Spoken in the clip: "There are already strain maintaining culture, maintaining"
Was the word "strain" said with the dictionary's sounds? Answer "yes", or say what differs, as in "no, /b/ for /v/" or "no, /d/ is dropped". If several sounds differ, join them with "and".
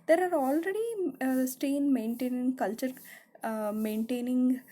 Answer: no, /ɹ/ is dropped